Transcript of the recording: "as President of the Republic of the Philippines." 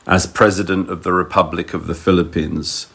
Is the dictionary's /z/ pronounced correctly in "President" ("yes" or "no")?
yes